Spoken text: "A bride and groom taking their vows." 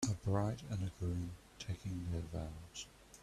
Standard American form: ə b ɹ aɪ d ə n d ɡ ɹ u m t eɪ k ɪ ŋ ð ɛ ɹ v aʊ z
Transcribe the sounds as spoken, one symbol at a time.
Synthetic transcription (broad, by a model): ə b ɹ aɪ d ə n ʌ ɡ ɹ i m t eɪ k ɪ ŋ ð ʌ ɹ v aʊ z